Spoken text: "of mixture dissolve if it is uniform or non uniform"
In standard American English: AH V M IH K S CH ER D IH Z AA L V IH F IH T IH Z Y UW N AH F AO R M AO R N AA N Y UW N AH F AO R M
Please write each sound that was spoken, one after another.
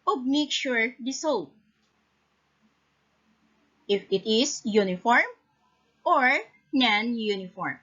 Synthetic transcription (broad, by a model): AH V M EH K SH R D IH S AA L IH F IH T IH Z Y UW N AH F AO R M AO R N AA N Y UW N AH F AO R M